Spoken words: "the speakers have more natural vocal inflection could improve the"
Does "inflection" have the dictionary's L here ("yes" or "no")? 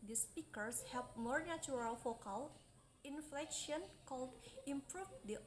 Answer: yes